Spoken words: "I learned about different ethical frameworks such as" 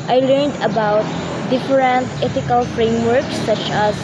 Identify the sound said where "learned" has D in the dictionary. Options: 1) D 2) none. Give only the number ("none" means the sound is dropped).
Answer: 1